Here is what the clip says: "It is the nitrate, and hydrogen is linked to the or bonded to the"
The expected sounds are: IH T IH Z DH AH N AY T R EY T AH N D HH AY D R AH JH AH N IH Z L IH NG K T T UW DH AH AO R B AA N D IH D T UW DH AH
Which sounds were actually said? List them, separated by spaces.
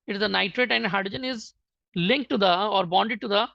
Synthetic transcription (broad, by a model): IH T IH Z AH N AY T R EY T AH N D HH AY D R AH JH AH N IH Z L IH NG K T T UW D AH AO R B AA N D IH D T UW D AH